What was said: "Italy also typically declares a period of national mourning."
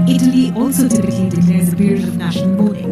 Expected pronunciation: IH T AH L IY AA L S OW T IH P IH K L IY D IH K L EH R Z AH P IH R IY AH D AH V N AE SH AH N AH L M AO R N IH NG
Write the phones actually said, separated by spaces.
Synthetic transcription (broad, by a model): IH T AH L IY AA L S OW T IH P IH K L IY D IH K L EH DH AH P IH R IY AH D AH V N AE SH AH N AH L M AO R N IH NG